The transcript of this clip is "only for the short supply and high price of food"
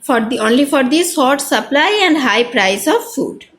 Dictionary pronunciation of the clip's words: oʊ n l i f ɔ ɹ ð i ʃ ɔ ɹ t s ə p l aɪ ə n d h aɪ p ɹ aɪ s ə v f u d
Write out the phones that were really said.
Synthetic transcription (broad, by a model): oʊ n l i f ɔ ɹ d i s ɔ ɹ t s ə p l aɪ ə n d h aɪ p ɹ aɪ s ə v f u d